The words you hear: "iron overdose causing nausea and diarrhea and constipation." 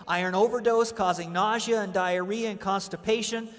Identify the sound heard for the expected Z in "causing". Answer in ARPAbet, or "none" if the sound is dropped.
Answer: Z